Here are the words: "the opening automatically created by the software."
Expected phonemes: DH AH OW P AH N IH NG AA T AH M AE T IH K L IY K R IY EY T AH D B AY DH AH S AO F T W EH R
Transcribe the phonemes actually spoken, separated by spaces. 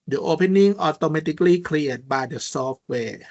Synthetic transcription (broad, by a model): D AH OW P AH N IH NG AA T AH M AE T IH K L IY K L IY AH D B AY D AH S AO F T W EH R